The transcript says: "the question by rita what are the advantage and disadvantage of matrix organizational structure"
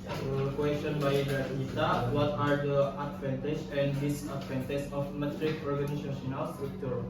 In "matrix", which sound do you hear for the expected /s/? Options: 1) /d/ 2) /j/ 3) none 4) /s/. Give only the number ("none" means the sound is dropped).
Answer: 3